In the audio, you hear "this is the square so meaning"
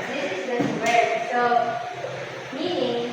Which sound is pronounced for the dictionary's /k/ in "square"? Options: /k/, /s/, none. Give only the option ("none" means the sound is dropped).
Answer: none